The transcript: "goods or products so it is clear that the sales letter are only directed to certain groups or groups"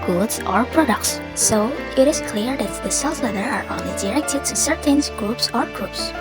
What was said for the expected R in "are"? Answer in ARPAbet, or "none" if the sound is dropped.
R